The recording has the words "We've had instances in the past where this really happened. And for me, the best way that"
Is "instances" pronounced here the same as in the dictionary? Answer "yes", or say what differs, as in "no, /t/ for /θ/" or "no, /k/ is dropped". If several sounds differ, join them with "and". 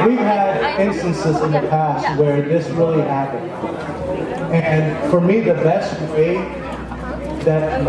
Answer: yes